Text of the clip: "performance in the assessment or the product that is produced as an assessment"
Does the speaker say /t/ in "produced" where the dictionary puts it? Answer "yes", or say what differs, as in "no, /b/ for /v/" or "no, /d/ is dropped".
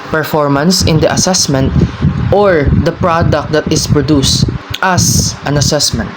yes